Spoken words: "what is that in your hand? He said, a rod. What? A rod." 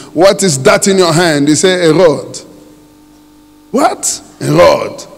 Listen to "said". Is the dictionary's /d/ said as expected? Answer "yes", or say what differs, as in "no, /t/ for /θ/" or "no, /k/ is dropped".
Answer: no, /d/ is dropped